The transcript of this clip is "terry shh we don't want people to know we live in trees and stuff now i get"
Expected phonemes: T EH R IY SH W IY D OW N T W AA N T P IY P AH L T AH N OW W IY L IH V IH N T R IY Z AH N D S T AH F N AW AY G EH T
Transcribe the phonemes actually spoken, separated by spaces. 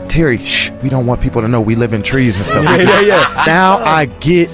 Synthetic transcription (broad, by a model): T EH R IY SH W IY D OW N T W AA N P IY P L T AH N OW W IY L IH V IH N T R IY Z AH N S T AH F N AW AY G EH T